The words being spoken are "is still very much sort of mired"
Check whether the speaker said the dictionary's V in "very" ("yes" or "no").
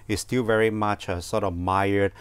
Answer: yes